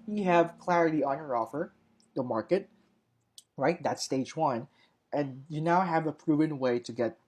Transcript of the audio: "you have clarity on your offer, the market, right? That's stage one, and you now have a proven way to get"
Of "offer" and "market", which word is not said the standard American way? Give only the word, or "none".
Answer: none